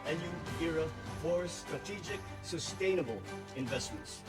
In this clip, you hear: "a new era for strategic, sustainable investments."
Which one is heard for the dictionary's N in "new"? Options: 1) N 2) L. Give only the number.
2